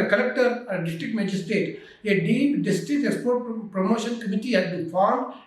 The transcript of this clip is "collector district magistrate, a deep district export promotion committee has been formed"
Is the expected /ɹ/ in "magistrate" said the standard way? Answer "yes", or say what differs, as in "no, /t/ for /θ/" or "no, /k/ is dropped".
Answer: no, /ɹ/ is dropped